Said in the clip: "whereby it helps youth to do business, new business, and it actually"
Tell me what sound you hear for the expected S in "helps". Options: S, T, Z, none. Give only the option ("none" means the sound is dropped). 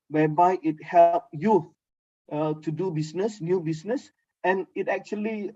none